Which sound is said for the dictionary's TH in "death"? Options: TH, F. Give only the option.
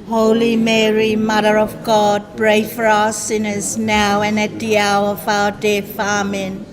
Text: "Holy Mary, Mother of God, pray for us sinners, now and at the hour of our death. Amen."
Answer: F